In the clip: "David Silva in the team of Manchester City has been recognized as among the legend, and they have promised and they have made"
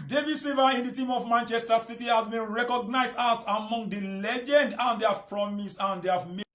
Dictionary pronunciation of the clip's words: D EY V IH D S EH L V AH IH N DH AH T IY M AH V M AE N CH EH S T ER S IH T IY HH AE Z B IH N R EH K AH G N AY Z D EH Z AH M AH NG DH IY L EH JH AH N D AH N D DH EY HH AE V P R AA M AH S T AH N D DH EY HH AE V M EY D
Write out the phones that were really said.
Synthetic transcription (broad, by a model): D EY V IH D S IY V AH IH N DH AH T IY M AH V M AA N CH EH S T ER S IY T IY HH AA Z B IH N R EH K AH G N AY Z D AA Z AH M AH NG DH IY L EH JH AH N D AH N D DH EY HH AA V P R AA M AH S AH N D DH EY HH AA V M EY